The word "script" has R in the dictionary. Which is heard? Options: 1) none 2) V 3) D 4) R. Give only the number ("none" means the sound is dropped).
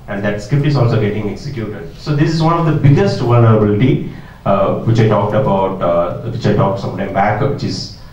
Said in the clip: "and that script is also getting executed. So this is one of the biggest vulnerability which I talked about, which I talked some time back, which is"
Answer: 1